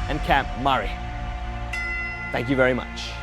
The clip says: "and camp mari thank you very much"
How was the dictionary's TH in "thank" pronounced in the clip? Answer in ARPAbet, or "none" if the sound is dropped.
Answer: TH